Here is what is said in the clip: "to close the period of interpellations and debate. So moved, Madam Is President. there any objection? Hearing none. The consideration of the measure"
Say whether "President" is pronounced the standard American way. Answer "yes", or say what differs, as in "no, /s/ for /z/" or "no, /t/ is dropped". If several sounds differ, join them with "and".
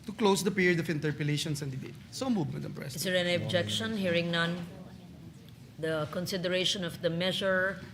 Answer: no, /s/ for /z/